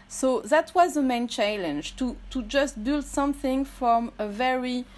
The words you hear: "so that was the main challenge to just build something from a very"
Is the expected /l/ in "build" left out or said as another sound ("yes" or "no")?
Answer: no